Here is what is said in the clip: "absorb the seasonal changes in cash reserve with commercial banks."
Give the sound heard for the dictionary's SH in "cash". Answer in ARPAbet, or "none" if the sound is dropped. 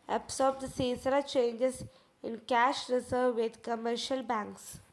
SH